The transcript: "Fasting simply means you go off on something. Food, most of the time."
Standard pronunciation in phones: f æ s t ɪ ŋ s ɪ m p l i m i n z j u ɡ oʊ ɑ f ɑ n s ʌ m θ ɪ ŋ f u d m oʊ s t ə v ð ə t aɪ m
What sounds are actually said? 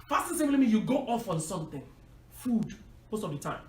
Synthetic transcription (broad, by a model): f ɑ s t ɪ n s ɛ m l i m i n j u ɡ oʊ ɑ f ɑ n s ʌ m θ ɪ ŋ f u d m oʊ s t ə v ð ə t aɪ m